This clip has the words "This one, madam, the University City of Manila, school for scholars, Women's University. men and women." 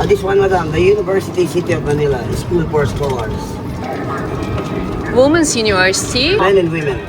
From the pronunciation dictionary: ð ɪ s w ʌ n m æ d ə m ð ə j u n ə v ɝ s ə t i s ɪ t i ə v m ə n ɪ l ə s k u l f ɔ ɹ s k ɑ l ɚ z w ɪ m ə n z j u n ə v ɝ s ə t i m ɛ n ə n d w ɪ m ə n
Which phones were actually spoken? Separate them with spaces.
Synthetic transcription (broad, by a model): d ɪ s w ʌ n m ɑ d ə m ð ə j u n ə v ɝ s ə t i s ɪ t i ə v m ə n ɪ l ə s k u l p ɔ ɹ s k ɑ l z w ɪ m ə n s j u n ə v ɝ s ə t i m ɛ n ə n d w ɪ m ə n